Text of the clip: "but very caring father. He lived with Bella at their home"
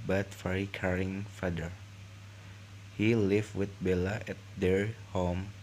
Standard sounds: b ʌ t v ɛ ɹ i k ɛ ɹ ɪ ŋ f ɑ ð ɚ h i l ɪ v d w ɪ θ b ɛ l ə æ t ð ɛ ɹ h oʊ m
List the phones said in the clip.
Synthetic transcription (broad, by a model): b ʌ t f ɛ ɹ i k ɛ ɹ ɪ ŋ f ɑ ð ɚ h i l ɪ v w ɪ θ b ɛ l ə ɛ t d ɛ ɹ h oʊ m